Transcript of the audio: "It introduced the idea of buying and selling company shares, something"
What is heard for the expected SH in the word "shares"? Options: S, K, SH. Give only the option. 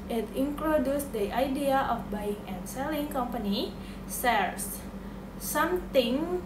S